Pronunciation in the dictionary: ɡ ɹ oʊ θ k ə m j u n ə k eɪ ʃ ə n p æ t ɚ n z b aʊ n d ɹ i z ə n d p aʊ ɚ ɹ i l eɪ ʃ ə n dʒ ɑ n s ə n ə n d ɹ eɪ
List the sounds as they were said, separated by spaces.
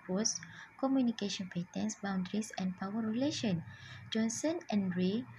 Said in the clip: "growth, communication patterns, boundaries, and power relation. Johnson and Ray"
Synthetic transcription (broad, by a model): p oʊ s k ə m j u n ə k eɪ ʃ ə n p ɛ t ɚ n s b aʊ n d ɹ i s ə n p aʊ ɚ ɹ i l eɪ ʃ ə n dʒ ɑ n s ə n ə n d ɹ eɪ